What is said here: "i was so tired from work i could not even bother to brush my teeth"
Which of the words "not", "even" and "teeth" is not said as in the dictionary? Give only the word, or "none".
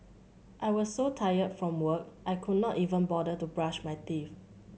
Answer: teeth